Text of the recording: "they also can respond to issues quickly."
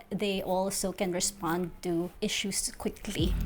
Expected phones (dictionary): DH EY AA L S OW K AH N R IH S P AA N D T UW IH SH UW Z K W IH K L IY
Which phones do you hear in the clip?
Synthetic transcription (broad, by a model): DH EY AA L S OW K AH N R IH S P AA N D T UW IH SH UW S K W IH K L IY